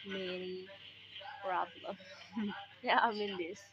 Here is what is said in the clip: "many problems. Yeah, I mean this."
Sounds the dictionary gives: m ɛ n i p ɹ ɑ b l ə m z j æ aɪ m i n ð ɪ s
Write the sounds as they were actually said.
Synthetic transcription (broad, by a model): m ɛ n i p ɹ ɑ b l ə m j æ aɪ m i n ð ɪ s